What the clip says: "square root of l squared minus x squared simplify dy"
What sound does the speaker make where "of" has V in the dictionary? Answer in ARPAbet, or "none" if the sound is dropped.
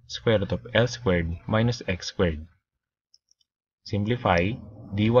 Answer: P